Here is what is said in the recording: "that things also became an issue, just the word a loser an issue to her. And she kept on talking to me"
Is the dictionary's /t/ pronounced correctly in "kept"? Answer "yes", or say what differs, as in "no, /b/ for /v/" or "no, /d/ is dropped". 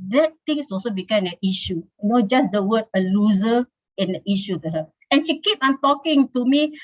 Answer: no, /t/ is dropped